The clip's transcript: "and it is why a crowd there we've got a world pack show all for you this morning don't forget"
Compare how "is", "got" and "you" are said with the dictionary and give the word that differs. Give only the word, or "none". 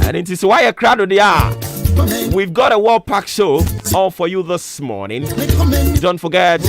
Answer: is